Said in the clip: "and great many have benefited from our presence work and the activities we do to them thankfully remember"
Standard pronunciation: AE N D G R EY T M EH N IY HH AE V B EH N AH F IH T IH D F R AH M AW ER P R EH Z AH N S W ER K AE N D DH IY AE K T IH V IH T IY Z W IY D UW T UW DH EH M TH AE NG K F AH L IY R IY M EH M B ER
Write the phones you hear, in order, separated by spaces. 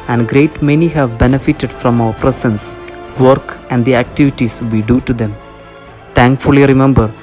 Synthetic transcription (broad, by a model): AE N D G R EY T M EH N IY HH AE V B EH N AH F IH T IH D F R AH M AW ER P R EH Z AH N S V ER K AE N D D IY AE K T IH V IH T IY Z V IY D UW T UW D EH M T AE NG K F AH L IY R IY M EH M B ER